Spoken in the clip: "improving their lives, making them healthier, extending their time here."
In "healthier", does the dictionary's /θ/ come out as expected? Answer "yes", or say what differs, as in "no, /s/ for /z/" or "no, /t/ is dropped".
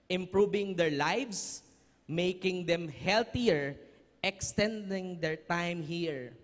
no, /t/ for /θ/